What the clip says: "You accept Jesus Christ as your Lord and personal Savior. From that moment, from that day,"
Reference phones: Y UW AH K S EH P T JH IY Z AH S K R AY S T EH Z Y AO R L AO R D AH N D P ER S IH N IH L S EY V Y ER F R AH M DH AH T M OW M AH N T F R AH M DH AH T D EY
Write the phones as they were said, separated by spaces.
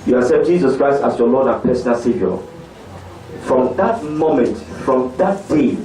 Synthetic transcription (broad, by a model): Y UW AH S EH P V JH IY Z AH S K R AY S T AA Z Y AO L AO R D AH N P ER S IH N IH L S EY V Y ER F R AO M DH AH T M OW M AH N T F R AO M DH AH T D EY